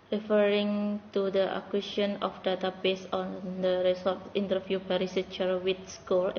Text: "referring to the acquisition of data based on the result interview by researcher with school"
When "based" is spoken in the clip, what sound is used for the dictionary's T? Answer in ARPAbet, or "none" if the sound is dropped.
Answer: none